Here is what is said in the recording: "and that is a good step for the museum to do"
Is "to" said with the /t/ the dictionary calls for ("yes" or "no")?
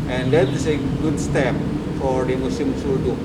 no